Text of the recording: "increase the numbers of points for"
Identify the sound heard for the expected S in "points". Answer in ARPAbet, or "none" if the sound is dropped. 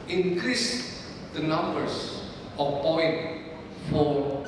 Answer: none